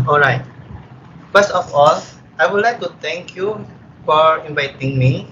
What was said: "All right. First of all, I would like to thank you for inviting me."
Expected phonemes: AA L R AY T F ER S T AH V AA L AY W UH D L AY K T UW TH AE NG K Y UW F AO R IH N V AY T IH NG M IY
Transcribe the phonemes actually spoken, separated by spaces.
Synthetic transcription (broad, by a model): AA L R AY T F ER S AH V AA L AY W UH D L AY K T UW T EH NG K Y UW F AO R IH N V AY T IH NG M IY